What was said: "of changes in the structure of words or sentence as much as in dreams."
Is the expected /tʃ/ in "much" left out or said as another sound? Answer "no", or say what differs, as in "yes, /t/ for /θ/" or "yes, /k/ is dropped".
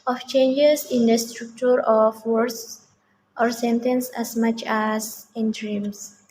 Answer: no